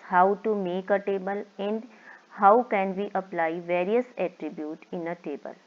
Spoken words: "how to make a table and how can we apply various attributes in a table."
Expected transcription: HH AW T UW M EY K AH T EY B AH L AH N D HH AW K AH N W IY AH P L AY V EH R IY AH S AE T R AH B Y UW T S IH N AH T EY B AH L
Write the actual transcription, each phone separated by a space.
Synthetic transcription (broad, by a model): HH AW T UW M EY K AH T EY B AH L AH N D HH AW K AH N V IY AH P L AY V EH R IY AH S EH T R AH B Y UW T IH N AH T EY B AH L